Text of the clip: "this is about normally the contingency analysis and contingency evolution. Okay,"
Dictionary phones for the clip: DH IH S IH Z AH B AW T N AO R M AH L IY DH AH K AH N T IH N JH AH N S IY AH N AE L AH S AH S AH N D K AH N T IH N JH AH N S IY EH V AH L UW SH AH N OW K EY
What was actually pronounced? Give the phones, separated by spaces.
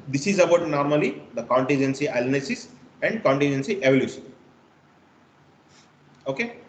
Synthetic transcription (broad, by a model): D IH S IH Z AH B AW T N AO R M AH L IY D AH K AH N T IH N JH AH N S IY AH L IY N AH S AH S AH N D K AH N T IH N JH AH N S IY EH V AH L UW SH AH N OW K EY